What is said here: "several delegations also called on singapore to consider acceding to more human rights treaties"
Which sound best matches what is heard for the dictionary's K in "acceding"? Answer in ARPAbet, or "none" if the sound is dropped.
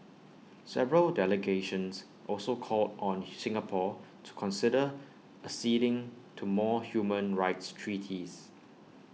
none